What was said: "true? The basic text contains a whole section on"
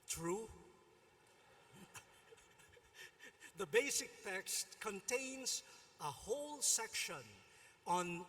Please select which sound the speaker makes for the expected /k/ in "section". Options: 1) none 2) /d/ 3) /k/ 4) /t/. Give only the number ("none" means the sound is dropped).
3